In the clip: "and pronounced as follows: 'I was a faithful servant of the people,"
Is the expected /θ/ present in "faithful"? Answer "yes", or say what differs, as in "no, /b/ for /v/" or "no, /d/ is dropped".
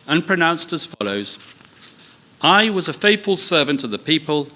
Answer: yes